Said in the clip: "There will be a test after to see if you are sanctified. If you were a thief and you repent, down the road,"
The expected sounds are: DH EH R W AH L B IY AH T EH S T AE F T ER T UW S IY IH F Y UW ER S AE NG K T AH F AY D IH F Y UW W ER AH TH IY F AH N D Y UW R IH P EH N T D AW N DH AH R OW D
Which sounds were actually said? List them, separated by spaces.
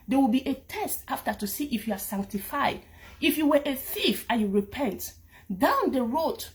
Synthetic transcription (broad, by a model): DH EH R W AH L B IY AH T EH S T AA F T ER T UW S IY IH F Y UW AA S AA NG K T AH F AY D IH F Y UW W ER AH TH IY F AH Y UW R IH P EH N T D AW N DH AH R OW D